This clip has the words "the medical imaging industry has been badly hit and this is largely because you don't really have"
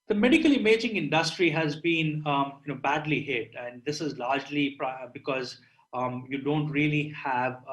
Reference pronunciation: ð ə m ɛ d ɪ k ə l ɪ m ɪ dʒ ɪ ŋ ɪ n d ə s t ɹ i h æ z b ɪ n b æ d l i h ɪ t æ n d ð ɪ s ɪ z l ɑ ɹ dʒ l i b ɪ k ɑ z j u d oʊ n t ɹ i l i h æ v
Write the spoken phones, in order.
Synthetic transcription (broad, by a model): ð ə m ɛ d ɪ k ə l ɪ m ɪ dʒ ɪ ŋ ɪ n d ə s t ɹ i h æ z b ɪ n b æ d l i h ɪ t æ n d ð ɪ s ɪ z l ɑ ɹ dʒ l i b ɪ k ɑ z j u d oʊ n t ɹ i l i h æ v